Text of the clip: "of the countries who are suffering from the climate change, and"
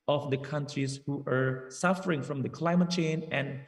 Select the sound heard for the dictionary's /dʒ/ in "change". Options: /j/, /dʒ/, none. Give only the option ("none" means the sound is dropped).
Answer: none